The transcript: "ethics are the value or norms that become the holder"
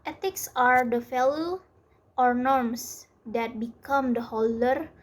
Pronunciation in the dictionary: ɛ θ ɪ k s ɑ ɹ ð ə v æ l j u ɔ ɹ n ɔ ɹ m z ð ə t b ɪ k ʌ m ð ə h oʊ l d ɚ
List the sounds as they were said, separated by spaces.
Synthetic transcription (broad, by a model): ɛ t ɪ k s ɑ ɹ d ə f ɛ l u ɔ ɹ n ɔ ɹ m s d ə t b ɪ k ʌ m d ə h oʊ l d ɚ